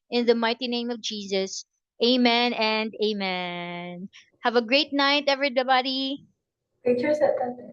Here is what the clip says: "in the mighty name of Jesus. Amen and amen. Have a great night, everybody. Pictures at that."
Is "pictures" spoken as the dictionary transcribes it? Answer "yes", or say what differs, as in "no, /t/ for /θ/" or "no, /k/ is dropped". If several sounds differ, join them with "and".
no, /k/ is dropped